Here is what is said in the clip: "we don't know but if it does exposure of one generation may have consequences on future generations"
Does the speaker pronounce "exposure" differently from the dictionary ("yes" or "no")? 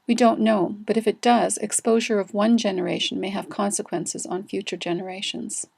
no